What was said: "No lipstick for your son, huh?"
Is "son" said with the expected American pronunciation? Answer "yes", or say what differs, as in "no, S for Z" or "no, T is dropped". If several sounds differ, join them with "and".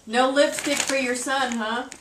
yes